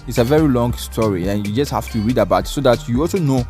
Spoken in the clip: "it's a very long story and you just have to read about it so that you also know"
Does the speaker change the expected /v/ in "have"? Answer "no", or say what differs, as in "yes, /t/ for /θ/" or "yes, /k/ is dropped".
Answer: yes, /f/ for /v/